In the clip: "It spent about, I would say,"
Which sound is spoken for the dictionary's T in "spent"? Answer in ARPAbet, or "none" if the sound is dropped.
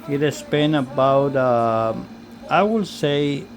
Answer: none